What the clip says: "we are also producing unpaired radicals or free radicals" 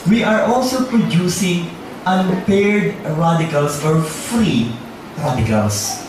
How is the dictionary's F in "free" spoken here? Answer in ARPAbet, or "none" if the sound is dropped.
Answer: F